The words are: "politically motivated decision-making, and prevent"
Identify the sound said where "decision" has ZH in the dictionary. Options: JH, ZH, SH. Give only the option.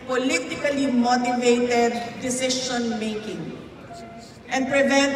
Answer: SH